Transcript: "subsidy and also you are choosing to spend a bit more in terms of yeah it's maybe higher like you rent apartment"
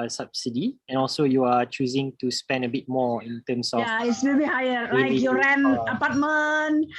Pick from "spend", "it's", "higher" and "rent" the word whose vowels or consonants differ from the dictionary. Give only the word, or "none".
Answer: rent